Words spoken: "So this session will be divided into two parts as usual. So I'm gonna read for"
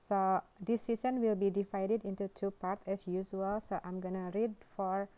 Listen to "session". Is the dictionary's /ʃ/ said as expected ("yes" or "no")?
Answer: no